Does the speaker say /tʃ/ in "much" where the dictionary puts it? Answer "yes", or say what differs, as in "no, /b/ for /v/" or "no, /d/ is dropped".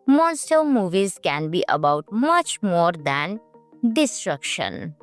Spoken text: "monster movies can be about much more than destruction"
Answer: yes